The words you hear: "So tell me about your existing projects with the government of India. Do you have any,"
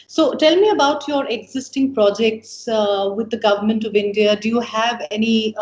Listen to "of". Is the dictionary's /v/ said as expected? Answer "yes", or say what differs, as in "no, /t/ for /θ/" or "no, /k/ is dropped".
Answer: yes